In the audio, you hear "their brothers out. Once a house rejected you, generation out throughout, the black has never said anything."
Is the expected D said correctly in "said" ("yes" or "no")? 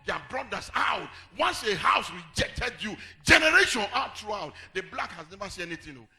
no